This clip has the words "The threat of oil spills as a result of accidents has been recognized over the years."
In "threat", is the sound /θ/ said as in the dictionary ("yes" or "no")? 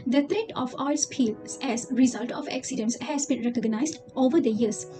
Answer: no